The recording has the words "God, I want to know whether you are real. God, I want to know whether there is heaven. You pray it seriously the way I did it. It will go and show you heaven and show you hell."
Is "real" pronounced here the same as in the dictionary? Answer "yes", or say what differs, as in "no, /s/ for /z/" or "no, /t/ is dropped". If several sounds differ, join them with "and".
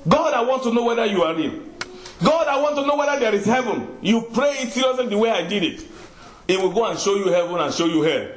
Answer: no, /n/ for /l/